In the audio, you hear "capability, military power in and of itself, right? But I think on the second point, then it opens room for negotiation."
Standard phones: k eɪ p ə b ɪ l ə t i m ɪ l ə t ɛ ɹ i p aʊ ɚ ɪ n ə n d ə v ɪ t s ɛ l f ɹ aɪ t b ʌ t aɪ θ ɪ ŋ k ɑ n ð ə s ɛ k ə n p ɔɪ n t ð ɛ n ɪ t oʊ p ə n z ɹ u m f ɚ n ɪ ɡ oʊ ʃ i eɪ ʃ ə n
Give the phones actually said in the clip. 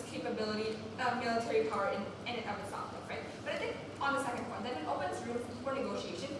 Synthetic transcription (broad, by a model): k eɪ p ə b ɪ l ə t i m ɪ l ə t ɛ ɹ i p aʊ ɚ ɪ n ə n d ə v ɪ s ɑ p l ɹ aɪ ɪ b ʌ t aɪ θ ɪ ŋ k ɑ n ð ə s ɛ k ə n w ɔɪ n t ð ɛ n ɪ t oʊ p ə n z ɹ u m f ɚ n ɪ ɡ oʊ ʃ i eɪ ʃ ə n